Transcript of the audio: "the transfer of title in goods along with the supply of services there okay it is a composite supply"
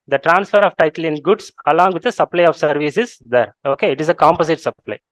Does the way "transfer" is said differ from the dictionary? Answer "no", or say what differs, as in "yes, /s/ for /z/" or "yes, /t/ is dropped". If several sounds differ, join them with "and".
no